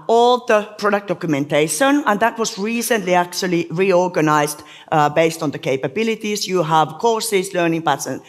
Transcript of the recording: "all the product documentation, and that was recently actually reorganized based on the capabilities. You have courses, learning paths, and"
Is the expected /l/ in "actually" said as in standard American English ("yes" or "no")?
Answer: yes